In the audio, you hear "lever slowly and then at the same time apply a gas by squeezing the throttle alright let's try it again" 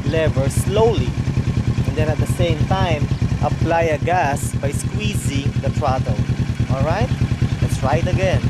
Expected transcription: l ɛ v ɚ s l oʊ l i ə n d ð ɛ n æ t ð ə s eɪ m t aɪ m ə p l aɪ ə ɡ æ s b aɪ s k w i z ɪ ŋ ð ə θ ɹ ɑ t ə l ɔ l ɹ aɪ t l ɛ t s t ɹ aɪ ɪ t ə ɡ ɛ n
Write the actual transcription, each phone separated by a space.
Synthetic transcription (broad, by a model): l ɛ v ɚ s l oʊ l i ə n d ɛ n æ t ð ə s eɪ m t aɪ m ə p l aɪ ə ɡ æ s b aɪ s k w i z ɪ ŋ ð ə t ɹ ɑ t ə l ɔ l ɹ aɪ t l ɛ t s ɹ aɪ ɪ t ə ɡ ɛ n